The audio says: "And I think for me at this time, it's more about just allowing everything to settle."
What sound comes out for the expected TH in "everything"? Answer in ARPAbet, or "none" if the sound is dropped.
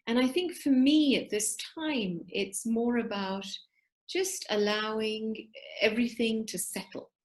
TH